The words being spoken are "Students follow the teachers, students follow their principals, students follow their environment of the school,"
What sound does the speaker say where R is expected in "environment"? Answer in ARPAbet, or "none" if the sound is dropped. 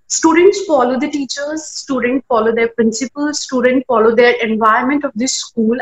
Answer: none